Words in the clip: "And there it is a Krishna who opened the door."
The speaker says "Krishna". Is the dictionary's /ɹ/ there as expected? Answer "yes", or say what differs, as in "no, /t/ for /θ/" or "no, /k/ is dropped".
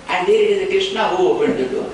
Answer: no, /ɹ/ is dropped